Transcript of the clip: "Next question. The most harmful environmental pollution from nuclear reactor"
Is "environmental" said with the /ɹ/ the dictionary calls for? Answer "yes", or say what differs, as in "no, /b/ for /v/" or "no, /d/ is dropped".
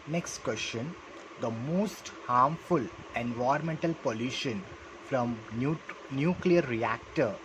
no, /ɹ/ is dropped